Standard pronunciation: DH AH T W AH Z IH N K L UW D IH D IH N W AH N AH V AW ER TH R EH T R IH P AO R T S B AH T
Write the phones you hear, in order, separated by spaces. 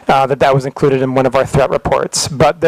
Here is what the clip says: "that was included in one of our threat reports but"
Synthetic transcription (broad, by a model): DH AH T W AH Z IH N K L UW D IH D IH N W AH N AH V AW ER TH R EH T R IH P AO R T S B AH T